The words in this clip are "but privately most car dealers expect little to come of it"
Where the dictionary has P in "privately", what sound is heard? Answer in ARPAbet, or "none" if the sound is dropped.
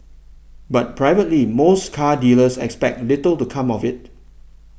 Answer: P